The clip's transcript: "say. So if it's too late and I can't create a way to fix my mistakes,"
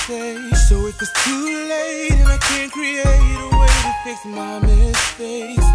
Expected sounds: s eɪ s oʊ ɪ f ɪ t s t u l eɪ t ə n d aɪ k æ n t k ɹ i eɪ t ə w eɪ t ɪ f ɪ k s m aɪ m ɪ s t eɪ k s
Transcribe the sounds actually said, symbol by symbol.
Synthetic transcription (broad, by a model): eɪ s oʊ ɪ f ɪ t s t u l eɪ t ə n aɪ k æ n k ɹ i eɪ t ə w eɪ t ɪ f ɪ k m aɪ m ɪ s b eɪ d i